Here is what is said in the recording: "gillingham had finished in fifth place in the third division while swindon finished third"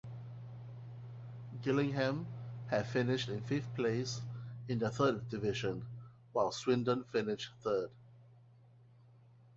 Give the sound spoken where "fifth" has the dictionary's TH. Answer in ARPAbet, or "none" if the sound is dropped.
F